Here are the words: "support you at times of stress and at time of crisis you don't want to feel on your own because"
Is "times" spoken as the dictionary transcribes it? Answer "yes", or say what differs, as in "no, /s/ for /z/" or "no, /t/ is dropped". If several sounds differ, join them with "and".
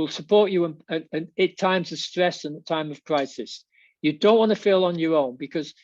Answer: yes